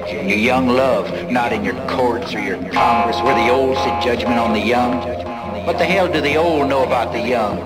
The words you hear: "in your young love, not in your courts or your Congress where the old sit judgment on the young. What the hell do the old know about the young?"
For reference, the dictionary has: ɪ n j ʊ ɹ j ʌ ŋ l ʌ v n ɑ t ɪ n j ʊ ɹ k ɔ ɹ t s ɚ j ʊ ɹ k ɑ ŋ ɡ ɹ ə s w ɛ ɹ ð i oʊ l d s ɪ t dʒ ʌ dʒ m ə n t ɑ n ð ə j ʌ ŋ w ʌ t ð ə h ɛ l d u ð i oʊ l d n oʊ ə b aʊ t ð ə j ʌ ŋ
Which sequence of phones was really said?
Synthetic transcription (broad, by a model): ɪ n j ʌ ɹ j ʌ ŋ l ʌ v n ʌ t ɪ n j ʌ ɹ k ɔ ɹ t s ɚ j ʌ ɹ k ɑ ŋ ɡ ɹ ə s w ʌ ɹ ð i oʊ l d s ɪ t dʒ ʌ dʒ m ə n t n ð ə j ʌ ŋ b ʌ t ð ə h ɛ l d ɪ ð i oʊ l d n oʊ ə b aʊ t ð ə j ʌ ŋ